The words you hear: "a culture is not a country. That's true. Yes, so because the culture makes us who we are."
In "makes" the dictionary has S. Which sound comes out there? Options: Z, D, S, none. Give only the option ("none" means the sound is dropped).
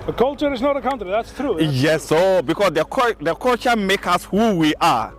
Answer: none